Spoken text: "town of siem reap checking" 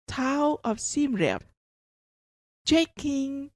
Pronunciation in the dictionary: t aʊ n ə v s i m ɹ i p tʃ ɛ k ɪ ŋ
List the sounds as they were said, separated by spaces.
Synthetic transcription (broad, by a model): t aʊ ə f s i m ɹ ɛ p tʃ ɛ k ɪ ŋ